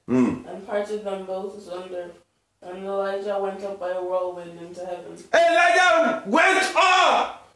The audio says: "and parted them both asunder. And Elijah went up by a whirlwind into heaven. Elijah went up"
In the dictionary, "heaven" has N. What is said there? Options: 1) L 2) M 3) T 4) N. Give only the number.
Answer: 4